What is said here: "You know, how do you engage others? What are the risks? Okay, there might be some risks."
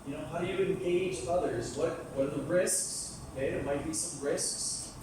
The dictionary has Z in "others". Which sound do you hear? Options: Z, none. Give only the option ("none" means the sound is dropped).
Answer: Z